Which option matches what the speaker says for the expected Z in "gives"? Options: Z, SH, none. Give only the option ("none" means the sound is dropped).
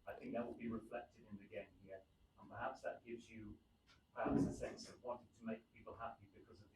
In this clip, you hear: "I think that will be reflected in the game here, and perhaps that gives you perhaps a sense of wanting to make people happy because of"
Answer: Z